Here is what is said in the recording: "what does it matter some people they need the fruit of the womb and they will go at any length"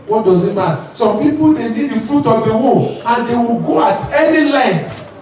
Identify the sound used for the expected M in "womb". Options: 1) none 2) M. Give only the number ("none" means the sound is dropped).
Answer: 1